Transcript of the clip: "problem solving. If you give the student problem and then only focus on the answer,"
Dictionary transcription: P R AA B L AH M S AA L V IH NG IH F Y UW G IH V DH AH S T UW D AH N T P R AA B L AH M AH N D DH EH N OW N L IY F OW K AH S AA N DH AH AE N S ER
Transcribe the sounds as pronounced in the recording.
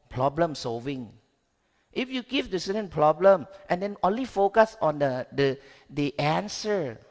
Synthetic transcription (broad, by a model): P R AA B L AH M S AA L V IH NG IH F Y UW G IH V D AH S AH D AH N P R AA B L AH M AH N D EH N OW N L IY F OW K AH S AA N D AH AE N S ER